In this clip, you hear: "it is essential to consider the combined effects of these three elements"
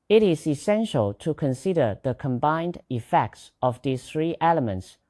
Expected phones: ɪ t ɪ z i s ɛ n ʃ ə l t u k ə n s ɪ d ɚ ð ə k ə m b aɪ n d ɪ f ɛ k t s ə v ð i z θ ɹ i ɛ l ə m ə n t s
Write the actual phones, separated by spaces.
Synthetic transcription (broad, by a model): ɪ t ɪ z i s ɛ n ʃ ə l t u k ə n s ɪ d ɚ ð ə k ə m b aɪ n d ɪ f ɛ k t s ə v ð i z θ ɹ i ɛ l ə m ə n t s